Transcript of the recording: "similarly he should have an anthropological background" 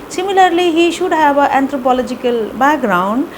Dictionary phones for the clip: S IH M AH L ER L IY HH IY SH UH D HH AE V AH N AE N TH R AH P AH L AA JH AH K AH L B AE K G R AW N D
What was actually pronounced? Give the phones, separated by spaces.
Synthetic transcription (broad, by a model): S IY M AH L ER L IY HH IY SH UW D HH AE B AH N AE N T R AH P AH L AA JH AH K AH L B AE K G R AW N D